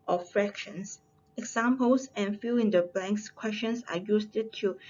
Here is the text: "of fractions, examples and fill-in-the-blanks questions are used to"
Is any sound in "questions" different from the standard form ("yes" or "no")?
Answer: yes